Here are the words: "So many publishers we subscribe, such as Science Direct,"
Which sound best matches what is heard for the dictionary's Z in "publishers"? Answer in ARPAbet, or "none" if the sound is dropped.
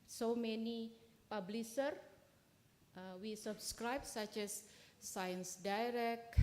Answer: none